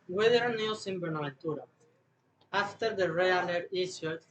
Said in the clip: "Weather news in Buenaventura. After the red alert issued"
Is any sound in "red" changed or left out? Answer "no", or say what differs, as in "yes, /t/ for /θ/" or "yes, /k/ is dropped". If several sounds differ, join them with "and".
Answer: yes, /d/ is dropped